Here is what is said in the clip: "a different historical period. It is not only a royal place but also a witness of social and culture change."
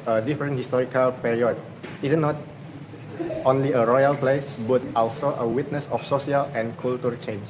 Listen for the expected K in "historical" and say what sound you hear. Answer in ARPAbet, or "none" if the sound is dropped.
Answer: K